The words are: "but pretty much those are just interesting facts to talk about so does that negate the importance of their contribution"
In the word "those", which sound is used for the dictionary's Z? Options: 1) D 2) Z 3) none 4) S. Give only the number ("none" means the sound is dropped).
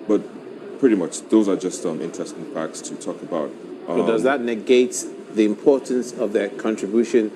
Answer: 2